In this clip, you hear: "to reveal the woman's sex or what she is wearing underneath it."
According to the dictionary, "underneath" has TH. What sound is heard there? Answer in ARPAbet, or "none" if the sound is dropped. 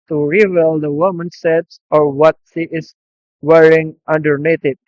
T